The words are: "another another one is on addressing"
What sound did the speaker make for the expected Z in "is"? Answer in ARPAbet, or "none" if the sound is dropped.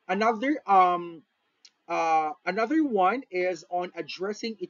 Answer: Z